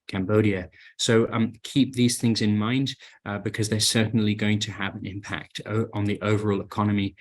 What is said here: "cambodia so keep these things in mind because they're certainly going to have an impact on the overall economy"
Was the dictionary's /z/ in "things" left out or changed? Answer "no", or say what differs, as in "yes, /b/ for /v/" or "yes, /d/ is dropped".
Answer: no